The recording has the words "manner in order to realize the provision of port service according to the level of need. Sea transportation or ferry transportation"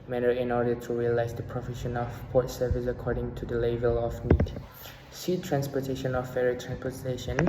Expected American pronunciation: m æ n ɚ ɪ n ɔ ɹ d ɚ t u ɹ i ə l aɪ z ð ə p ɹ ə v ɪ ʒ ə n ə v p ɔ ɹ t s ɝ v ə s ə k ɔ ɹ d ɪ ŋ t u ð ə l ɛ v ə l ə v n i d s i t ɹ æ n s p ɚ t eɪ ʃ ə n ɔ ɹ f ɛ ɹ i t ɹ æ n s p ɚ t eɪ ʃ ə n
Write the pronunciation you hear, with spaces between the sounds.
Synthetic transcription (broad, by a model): m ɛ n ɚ ɪ n ɔ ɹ d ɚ t u ɹ i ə l aɪ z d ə p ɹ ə f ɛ ʃ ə n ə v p ɔ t s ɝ v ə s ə k ɔ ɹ d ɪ ŋ t u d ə l ɛ v ə l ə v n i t s i t ɹ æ n s p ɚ t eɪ ʃ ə n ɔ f f ɛ ɹ i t ɹ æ n s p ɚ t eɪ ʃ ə n